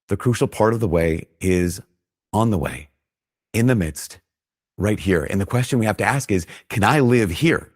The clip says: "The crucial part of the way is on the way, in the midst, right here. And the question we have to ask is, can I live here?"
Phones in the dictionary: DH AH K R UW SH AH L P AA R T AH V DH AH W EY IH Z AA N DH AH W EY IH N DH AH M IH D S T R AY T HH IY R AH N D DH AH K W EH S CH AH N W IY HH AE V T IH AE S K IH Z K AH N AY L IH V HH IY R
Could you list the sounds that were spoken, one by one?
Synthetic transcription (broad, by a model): DH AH K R UW SH L P AA R T AH V DH AH W EY IH Z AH N DH AH W EY IH N DH AH M IH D S T R AY T HH IY R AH N DH AH K W EH S CH AH N W IY HH AE F T IH AE S K IH Z K AH N AY L IH V HH IY R